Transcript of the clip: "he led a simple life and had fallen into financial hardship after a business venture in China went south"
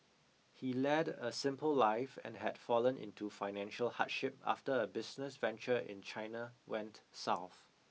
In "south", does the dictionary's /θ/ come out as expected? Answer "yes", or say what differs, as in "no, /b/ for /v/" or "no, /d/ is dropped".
yes